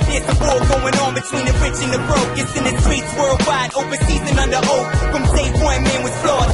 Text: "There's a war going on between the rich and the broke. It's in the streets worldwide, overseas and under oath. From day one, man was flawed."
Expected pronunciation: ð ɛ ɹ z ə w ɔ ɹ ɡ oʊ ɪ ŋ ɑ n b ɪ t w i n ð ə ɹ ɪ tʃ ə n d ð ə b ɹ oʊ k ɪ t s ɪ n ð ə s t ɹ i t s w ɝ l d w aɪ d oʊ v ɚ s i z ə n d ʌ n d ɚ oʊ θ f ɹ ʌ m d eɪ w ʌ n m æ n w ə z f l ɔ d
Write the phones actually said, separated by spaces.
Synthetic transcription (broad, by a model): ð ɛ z ə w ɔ l ɡ oʊ ɪ ŋ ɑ n b ɪ t w i n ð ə ɹ ɪ tʃ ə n ð ə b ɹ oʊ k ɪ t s ɪ n ð ə s t ɹ i t s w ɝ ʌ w aɪ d oʊ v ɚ s i z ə n ʌ n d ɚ oʊ f ɹ ʌ m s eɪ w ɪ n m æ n w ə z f l ɔ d